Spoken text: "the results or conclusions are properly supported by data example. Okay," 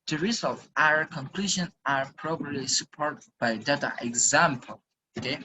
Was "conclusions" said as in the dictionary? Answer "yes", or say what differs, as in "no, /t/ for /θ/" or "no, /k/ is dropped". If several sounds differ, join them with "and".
no, /z/ is dropped